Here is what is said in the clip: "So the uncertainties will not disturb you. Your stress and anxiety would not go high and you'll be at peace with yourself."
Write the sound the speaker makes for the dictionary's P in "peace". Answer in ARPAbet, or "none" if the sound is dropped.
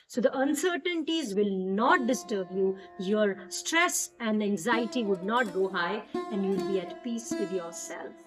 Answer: P